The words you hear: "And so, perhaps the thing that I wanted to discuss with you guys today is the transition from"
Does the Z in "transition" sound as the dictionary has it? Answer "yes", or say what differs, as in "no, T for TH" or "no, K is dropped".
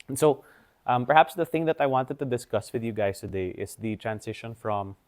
no, S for Z